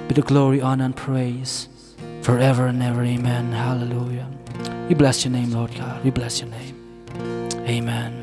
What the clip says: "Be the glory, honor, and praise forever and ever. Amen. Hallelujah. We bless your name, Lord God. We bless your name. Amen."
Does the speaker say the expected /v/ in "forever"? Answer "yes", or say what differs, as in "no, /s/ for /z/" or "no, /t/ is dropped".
yes